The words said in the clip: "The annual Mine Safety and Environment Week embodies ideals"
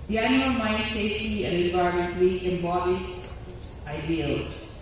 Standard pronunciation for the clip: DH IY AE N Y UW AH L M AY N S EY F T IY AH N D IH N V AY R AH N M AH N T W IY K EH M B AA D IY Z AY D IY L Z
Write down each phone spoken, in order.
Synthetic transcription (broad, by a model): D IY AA Y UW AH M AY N S EY F T IY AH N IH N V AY AH M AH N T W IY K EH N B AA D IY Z AY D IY L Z